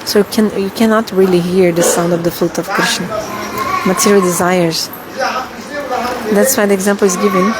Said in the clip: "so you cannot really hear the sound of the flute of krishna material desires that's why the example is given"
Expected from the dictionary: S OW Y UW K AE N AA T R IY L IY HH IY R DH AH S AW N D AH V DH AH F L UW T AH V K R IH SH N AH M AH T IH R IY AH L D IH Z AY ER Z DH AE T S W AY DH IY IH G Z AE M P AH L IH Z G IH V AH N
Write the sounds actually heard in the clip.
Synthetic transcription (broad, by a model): S OW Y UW K AE N AA T R IY L IY HH IY R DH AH S AW N D AH V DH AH F L UW T AH V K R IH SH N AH M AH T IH R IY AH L D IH Z AY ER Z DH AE T S W AY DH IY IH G Z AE M P L IH Z G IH V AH N